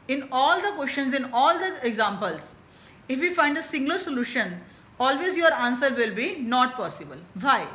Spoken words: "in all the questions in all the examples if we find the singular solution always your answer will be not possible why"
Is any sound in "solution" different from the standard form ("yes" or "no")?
no